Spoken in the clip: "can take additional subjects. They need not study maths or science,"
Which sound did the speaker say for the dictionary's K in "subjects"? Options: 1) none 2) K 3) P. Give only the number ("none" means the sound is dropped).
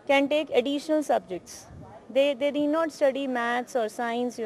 2